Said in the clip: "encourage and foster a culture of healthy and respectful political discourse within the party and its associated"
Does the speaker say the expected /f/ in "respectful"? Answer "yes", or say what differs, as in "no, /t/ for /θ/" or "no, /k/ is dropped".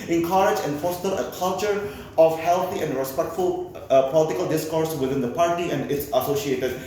yes